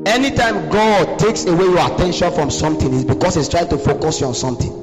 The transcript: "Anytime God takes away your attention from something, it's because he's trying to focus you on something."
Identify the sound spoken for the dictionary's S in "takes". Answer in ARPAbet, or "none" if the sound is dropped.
S